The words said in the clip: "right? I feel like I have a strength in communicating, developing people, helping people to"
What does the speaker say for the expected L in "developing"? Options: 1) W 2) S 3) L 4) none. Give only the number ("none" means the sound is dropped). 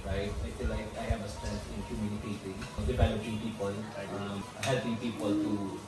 4